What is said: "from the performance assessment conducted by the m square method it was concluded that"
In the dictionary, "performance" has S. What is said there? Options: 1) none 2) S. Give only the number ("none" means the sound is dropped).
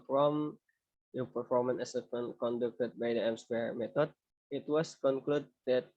1